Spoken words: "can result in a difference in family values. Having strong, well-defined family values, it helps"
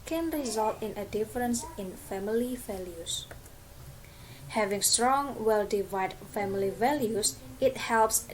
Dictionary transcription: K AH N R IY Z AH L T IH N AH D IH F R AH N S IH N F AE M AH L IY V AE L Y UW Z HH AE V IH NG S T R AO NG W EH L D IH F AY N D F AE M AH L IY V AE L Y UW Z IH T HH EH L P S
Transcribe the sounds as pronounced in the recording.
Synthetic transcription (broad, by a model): K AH N R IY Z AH L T IH N AH D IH F R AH N S IH N F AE M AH L IY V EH L Y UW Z HH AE V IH NG S T R AO NG W EH L D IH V AY D F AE M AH L IY V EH L Y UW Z IH T HH EH L P S